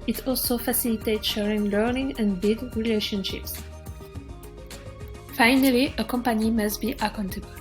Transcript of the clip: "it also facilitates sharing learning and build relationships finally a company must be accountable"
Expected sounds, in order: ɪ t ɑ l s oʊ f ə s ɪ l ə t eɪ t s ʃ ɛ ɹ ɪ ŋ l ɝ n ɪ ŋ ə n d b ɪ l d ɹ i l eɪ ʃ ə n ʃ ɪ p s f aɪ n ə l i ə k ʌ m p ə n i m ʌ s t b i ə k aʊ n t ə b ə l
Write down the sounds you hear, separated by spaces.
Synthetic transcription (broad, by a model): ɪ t ɑ l s oʊ f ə s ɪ l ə t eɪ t ʃ ɛ ɹ ɪ ŋ l ɝ n ɪ ŋ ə n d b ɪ d ɹ i l eɪ ʃ ə n ʃ ɪ p s f aɪ n ə l i ə k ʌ m p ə n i m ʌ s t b i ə k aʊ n t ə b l